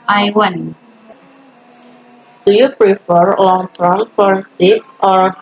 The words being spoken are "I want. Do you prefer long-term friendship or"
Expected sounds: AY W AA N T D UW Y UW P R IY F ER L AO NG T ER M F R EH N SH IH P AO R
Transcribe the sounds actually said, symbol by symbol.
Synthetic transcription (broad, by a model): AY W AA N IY D UW Y UW P R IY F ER L AO NG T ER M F AO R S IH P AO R